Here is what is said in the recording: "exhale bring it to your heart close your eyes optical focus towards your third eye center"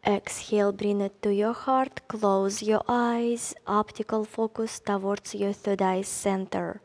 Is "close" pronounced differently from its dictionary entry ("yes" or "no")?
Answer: no